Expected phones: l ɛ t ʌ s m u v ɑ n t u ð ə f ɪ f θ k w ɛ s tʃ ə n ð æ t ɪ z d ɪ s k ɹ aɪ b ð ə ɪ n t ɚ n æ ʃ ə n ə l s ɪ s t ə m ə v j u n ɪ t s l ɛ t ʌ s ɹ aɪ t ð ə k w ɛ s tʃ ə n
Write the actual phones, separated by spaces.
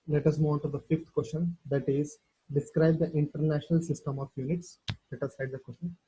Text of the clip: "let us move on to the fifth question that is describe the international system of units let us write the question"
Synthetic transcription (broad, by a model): l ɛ t ʌ s m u ɑ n t u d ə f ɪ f t k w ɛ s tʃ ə n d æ t ɪ z d ɪ s k ɹ aɪ b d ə ɪ n t ɚ n æ ʃ ə n ə l s ɪ s t ə m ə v j u n ɪ t s l ɛ t ʌ s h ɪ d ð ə k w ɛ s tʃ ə n